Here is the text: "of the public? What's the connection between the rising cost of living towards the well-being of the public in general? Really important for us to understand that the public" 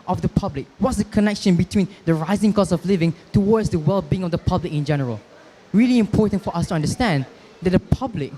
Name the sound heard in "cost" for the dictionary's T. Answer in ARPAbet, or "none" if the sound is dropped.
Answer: none